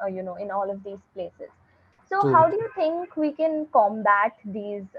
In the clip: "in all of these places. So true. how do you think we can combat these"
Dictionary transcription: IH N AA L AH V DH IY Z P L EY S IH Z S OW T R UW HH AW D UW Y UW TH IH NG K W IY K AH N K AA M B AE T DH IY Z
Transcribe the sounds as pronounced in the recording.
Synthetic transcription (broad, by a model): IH N AA L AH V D IY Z P L EY S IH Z S OW HH AW D UW Y UW T IH NG K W IY K AH N K AA M B AE T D IY Z